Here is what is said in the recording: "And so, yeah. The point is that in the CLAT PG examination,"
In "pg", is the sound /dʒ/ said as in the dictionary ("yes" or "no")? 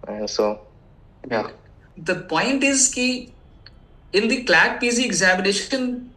no